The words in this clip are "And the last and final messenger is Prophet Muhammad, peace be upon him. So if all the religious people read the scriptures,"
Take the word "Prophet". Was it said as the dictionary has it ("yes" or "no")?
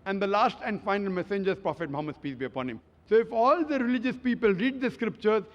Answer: yes